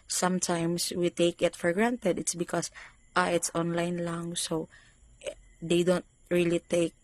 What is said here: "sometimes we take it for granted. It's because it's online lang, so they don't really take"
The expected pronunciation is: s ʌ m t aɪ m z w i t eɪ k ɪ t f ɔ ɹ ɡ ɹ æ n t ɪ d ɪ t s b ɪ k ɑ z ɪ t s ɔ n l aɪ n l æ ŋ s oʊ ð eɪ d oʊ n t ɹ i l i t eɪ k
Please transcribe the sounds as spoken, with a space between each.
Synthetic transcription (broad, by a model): s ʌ m t aɪ m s w i t eɪ k ɪ t f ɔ ɹ ɡ ɹ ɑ n t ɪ d ɪ t s b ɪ k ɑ s ɪ t s ɔ n l aɪ n l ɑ ŋ s oʊ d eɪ d oʊ n t ɹ i l i t eɪ k